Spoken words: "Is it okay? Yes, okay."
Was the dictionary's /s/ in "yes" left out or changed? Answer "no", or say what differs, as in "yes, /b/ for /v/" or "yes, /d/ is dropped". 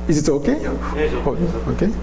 yes, /s/ is dropped